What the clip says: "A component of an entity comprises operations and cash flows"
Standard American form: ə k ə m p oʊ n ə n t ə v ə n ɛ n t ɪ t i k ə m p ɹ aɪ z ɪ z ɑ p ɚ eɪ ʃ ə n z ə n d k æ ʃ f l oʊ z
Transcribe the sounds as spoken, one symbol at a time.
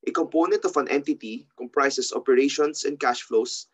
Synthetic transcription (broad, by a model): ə k ə m p oʊ n ə n t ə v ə n ɛ n t ɪ t i k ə m p ɹ aɪ s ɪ s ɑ p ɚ eɪ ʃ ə n s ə n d k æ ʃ f l oʊ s